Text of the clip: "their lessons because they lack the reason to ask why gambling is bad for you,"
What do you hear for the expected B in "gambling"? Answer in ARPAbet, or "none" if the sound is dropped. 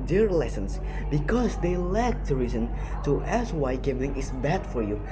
none